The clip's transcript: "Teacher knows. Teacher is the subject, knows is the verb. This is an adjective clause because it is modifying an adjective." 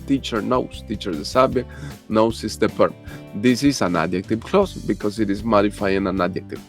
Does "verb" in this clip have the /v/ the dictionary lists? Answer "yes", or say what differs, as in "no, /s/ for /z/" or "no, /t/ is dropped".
no, /p/ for /v/